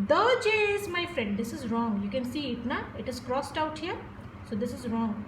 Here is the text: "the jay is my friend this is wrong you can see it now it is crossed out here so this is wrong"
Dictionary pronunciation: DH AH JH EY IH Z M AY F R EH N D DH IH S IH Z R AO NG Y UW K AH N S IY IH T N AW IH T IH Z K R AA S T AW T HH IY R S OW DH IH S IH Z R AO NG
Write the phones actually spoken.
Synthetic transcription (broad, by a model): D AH JH EY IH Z M AY F R EH N D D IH S IH Z R AO NG Y UW K AH N S IY IH T N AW IH T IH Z K R AA S T AW T HH IY R S OW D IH S IH Z R AO NG